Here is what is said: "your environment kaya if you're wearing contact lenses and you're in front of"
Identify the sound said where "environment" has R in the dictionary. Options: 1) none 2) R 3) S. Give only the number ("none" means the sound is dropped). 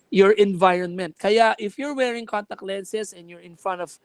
2